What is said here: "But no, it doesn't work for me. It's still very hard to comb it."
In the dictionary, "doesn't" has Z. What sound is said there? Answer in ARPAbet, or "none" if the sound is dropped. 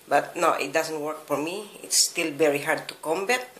S